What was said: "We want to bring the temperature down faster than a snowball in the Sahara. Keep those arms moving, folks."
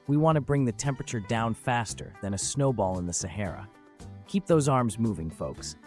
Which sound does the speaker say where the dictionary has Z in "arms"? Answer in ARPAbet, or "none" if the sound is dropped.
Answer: Z